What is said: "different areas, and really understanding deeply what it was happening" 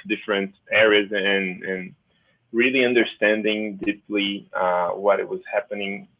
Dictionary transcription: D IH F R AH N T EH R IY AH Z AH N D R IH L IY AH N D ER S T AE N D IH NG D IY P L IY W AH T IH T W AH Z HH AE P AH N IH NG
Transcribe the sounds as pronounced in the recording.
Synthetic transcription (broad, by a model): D IH F R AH N T EH R IY AH Z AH N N R IH L IY AH N D ER S T AE N D IH NG D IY P L IY W AH T IH T W AH Z HH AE P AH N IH NG